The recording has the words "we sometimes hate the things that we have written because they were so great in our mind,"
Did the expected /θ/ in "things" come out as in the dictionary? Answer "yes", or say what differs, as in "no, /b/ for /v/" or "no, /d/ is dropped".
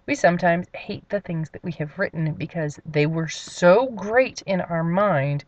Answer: yes